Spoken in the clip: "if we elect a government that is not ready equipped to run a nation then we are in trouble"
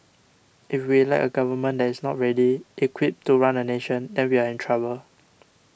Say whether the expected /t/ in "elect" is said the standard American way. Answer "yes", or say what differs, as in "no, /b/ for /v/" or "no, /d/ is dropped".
no, /t/ is dropped